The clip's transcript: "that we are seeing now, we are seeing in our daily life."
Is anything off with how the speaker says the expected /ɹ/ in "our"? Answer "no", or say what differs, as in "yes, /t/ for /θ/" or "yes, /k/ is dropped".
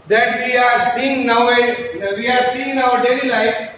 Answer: yes, /w/ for /ɹ/